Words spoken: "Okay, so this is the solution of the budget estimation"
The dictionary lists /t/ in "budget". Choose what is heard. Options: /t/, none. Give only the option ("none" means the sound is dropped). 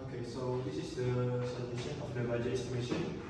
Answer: none